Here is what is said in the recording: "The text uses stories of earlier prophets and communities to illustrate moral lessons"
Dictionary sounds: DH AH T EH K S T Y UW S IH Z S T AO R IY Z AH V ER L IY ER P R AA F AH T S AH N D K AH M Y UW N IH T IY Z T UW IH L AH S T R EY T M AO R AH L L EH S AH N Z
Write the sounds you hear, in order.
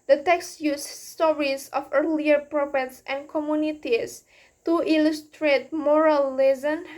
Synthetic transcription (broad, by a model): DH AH T EH K S T Y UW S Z S T AO R IY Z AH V ER L IY ER P R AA P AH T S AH N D K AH M Y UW N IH T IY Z T UW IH L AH S T R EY T M AO R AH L L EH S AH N